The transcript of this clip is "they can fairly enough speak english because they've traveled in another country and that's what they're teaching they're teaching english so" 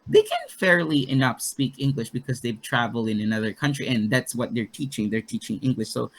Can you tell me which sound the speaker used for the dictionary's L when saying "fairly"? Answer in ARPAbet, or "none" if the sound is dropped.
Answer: L